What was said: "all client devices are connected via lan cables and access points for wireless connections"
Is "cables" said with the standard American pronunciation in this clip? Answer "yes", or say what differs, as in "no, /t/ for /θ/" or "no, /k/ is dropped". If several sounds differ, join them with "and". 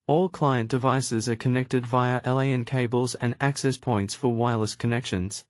yes